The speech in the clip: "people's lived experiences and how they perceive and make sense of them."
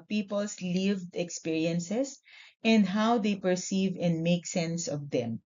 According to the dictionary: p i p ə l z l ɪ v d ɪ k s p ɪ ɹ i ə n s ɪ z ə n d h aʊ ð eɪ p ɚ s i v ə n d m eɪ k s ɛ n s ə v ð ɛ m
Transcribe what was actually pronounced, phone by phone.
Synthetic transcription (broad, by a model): p i p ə l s l ɪ v d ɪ k s p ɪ ɹ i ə n s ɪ s ə n d h aʊ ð eɪ p ɚ s i v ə n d m eɪ k s ɛ n s ə v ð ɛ m